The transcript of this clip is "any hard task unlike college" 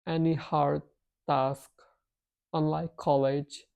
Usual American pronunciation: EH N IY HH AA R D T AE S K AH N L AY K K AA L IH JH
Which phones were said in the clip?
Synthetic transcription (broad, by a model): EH N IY HH AA R D T AE S K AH N L AY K K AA L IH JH